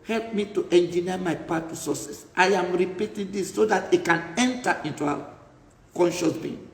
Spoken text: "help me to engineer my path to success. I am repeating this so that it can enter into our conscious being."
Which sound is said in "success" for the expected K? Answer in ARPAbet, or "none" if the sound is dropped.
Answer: none